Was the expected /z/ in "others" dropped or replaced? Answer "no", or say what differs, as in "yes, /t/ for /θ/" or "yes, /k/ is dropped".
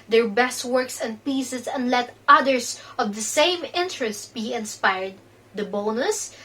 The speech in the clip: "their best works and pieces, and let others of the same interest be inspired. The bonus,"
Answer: yes, /s/ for /z/